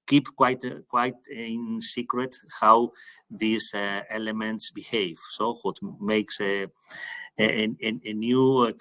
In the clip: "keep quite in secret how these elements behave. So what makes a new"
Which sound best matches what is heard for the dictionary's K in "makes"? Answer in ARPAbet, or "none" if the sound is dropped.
K